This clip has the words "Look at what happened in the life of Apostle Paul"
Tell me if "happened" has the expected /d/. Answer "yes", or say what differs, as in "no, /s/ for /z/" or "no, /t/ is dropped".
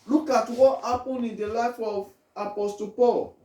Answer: no, /d/ is dropped